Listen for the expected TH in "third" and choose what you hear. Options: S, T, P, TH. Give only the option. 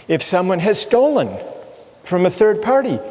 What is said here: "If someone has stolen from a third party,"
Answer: TH